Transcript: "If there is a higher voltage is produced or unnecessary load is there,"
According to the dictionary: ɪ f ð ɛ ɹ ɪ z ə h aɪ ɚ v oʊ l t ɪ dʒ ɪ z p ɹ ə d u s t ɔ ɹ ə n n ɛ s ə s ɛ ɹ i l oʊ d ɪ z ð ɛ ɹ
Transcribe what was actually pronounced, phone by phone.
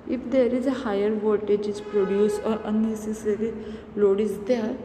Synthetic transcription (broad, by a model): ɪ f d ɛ ɹ ɪ z ə h aɪ ɚ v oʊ t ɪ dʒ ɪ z p ɹ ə d u s ɔ ɹ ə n n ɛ s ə s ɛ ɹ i l oʊ d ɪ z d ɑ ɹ